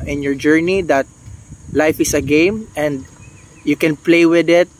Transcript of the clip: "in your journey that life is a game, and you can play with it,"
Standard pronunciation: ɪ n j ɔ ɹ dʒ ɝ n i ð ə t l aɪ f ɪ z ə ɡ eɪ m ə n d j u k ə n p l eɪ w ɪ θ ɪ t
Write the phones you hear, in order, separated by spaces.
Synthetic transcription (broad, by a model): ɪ n j ɔ ɹ dʒ ɝ n i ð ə t l aɪ f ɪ s ə ɡ eɪ m ə n d j u k ə n p l eɪ w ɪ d ɪ t